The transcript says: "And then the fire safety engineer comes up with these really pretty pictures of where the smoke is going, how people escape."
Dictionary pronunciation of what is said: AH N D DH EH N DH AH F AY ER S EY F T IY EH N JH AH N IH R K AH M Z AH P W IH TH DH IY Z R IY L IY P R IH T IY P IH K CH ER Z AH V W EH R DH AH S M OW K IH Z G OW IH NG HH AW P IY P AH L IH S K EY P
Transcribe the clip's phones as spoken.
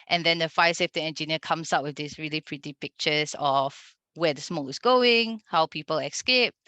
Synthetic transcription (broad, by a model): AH N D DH EH N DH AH F AY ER S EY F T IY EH N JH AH N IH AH K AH M S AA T W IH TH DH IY S R IY L IY P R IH T IY P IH K CH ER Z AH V W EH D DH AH S M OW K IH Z G OW IH NG HH AW P IY P AH L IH S K EY P